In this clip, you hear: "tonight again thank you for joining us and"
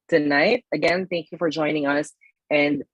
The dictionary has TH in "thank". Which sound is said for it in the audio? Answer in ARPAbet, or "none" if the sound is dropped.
TH